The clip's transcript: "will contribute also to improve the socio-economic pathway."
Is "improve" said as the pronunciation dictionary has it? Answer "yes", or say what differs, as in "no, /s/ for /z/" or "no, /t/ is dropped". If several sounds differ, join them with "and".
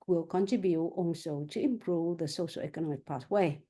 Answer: yes